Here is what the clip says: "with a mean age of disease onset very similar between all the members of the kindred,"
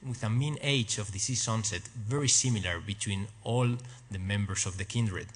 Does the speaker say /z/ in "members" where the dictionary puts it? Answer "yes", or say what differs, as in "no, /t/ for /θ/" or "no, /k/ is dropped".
no, /s/ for /z/